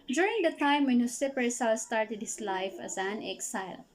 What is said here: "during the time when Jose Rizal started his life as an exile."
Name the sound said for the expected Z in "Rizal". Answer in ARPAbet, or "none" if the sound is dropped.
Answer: S